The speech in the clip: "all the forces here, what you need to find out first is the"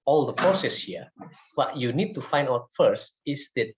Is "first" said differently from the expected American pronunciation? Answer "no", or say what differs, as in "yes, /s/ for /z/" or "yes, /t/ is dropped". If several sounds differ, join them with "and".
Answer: no